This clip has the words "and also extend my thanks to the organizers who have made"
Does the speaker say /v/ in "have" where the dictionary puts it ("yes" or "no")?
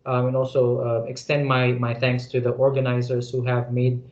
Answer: yes